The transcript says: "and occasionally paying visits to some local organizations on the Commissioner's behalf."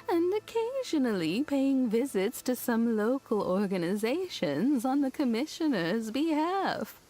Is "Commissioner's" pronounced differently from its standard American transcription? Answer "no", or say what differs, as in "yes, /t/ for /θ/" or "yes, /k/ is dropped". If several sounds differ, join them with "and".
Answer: no